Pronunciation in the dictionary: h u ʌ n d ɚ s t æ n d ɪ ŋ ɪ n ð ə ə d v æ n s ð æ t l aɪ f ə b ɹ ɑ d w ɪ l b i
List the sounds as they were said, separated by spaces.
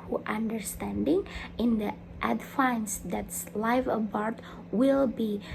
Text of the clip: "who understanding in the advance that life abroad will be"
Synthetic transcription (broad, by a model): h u ʌ n d ɚ s t æ n d ɪ ŋ ɪ n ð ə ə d f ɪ n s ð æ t l aɪ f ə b ɹ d w ɪ l b i